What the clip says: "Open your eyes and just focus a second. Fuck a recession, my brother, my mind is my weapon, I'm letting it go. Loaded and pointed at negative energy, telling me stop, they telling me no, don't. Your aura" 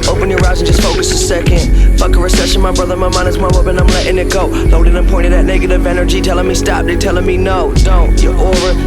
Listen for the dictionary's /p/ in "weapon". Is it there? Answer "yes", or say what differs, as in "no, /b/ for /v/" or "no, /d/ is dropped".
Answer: no, /b/ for /p/